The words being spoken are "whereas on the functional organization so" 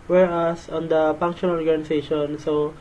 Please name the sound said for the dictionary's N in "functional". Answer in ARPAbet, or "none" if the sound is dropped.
none